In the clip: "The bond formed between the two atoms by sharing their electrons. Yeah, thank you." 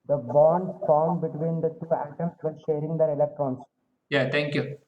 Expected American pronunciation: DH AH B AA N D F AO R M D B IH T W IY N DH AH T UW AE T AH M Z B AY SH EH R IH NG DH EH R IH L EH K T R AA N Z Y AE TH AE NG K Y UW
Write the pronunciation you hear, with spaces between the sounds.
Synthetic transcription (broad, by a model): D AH B AA N D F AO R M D B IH T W IY N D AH T UW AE T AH M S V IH SH EH R IH NG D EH R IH L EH K T R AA N S Y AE T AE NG K Y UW